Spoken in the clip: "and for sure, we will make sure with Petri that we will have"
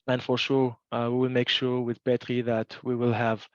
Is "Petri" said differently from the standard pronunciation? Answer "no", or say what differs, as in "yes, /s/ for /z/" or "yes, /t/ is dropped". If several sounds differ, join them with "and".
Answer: yes, /b/ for /p/